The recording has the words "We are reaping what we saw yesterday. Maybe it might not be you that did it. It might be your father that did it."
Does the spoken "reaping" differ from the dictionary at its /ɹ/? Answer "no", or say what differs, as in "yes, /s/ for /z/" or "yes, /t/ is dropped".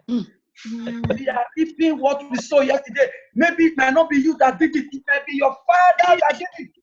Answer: yes, /l/ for /ɹ/